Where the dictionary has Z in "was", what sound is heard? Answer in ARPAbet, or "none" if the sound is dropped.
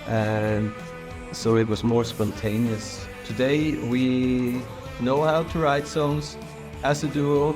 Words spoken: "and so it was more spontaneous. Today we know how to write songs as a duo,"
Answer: Z